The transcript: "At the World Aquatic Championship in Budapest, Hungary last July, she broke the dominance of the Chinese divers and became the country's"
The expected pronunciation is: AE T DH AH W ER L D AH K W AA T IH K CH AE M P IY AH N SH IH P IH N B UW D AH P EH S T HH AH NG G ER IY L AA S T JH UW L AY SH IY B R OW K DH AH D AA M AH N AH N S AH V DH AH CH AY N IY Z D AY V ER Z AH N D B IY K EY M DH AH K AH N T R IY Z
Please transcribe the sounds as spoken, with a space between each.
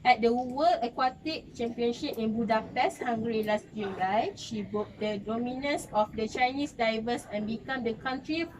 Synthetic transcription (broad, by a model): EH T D AH W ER L AH K W AA T IH K CH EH M P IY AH N SH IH P IH N B UW D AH P EH S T HH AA NG G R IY L AA S T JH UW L AY SH IY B OW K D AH D AA M AH N AH N S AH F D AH CH AY N IY S D AY V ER S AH N B IY K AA M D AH K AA N T R IY